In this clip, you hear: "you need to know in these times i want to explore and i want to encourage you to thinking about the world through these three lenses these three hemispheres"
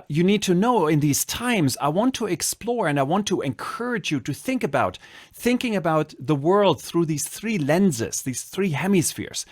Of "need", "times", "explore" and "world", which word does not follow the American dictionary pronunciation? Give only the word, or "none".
none